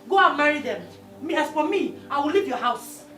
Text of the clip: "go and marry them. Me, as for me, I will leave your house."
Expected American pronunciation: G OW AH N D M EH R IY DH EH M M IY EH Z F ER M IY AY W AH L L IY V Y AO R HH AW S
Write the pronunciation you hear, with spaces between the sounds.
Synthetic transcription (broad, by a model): G OW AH N M EH R IY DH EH M M IY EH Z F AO M IY AY W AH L L IY V Y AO HH AW S